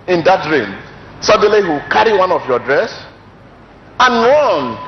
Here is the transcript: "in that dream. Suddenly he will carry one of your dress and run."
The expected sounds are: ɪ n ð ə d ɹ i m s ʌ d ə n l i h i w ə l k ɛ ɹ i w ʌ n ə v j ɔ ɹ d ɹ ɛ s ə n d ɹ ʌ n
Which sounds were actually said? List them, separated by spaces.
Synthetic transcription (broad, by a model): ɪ n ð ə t ɹ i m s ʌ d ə l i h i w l k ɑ ɹ i w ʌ n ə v j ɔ d ɹ ɛ s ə n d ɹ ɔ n